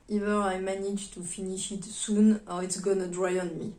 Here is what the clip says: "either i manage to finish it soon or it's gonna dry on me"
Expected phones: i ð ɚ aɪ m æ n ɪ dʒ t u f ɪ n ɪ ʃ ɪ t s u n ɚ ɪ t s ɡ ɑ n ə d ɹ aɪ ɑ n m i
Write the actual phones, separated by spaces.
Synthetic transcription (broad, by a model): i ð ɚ aɪ m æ n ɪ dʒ t u f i n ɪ ʃ ɪ t s u n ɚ ɪ t s ɡ ɑ n ə d ɹ aɪ ɑ n m i